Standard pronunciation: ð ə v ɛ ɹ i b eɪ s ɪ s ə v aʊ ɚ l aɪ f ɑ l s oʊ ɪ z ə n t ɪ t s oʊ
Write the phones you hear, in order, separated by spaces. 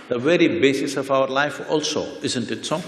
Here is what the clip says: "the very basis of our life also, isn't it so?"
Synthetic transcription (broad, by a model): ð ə v ɛ ɹ i b eɪ s ɪ s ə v aʊ ɚ l aɪ f ɑ l s oʊ ɪ z ə n t ɪ t s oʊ